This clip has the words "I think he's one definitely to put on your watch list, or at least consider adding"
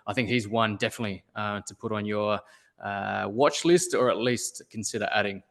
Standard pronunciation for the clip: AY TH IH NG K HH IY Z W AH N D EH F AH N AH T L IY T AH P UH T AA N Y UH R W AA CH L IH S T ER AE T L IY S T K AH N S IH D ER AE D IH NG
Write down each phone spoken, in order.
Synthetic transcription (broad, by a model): AY TH IH NG K HH IY Z W AH N D EH F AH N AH T L IY T AH P UH T N Y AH R W AA CH L IH S T ER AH T L IY S T K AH N S IH D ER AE D IH NG